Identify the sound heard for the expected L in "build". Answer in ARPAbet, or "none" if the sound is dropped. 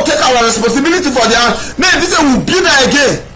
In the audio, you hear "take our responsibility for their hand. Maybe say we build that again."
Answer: none